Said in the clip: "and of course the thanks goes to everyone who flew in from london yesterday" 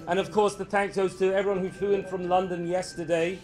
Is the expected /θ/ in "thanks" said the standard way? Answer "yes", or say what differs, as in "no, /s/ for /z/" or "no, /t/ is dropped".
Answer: yes